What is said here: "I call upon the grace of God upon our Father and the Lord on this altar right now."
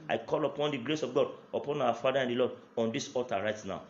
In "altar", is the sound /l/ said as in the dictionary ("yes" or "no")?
no